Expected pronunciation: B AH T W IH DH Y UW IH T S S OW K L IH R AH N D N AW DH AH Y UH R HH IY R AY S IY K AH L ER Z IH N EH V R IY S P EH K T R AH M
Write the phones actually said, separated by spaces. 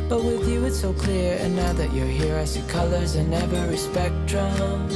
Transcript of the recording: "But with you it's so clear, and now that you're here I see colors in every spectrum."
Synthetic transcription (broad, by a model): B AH T W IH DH Y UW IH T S S OW K L IH R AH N N AW DH AH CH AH R HH IY R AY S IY K AH L ER Z IH N EH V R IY S P EH K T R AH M